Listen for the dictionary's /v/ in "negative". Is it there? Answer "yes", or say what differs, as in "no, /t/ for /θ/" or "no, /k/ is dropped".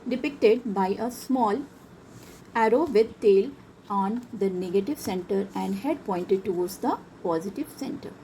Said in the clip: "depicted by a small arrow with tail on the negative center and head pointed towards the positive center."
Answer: yes